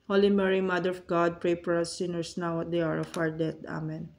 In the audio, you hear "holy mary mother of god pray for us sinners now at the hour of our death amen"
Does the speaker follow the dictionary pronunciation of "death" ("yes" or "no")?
no